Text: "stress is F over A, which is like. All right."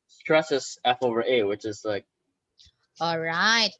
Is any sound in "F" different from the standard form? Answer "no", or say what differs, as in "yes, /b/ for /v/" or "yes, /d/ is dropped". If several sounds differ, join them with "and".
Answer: no